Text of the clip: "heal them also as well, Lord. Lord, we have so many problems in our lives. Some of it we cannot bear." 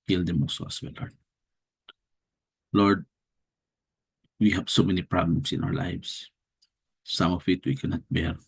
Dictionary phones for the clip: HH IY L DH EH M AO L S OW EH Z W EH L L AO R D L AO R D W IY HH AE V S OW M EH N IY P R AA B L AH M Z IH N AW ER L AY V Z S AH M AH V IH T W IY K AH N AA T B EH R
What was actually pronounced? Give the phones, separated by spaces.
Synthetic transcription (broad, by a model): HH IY L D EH M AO S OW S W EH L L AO R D L AO R D W IY HH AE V S OW M EH N IY P R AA B L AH M S IH N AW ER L AY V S S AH M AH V IH T W IY K AH N AA T B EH R